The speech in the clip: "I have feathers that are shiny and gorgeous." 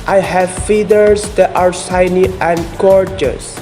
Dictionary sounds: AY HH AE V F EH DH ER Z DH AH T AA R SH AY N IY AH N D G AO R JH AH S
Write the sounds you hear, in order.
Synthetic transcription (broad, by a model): AY HH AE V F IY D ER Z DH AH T AA R S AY N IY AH N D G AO R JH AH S